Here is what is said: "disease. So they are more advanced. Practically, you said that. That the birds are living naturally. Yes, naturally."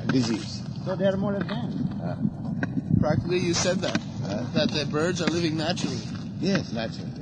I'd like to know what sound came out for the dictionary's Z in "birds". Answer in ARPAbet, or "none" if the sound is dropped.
Z